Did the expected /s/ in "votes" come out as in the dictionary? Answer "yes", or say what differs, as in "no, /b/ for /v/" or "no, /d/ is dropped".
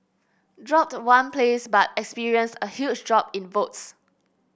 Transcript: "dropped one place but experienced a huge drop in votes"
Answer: yes